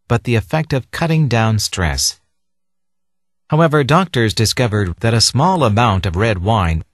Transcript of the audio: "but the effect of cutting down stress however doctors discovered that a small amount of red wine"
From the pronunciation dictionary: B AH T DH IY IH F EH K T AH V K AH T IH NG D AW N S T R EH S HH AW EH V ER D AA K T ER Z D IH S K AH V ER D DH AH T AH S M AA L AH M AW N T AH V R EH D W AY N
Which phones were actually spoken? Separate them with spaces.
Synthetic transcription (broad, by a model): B AH T DH IY IH F EH K T AH V K AH T IH NG D AW N S T R EH S HH AW EH V ER D AA K T ER Z D IH S K AH V ER D DH AH T AH S M AA L AH M AW N T AH V R EH D W AY N